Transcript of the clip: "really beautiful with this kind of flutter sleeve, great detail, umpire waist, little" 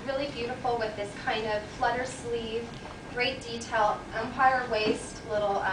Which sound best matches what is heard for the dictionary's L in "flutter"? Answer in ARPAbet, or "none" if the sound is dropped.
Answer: L